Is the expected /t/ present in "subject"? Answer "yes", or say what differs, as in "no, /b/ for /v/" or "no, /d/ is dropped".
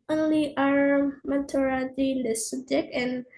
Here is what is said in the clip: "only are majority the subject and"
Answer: no, /t/ is dropped